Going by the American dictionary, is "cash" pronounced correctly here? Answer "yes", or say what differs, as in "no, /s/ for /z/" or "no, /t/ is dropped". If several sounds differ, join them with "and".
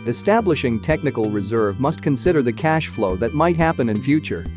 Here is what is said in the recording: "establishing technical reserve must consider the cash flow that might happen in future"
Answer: yes